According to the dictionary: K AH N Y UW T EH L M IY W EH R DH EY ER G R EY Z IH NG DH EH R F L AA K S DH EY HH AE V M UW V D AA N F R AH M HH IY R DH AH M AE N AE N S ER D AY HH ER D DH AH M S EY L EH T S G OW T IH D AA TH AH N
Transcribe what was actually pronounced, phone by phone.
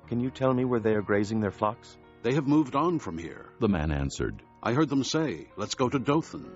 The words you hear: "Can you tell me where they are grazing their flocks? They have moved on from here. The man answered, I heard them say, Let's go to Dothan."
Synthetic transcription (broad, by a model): K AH N Y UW T EH L M IY W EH R DH EY ER G R EY Z IH NG DH EH R F L AA K S DH EY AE V M UW V D N F R AH M HH IY R DH AH M AE N AE N S ER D AY HH ER D DH AH M S EY L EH T S G OW T IH D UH TH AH N